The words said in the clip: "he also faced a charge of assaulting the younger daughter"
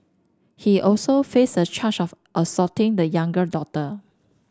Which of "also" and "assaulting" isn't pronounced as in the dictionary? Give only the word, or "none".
assaulting